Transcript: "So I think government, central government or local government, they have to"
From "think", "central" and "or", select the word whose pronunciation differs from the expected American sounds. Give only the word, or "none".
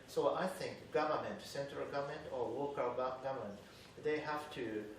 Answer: or